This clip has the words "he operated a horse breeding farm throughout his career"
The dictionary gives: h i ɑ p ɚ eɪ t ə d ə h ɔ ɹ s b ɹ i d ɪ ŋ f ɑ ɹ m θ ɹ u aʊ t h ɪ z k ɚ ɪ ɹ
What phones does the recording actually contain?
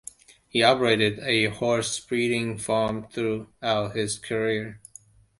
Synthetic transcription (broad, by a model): h i ɑ p ɚ eɪ t ə d ə h ɔ ɹ s b ɹ i d ɪ ŋ f ɑ ɹ m θ ɹ u aʊ t h ɪ z k ɚ ɪ ɹ